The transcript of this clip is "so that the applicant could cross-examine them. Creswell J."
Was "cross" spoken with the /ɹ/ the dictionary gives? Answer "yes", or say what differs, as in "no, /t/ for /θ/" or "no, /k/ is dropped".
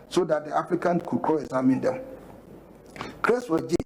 no, /ɹ/ is dropped